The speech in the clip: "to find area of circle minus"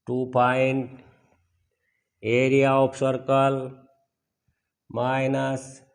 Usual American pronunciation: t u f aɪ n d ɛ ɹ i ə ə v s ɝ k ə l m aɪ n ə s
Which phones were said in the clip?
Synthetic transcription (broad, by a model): t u p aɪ n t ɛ ɹ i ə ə p s ɝ k ə l m aɪ n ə s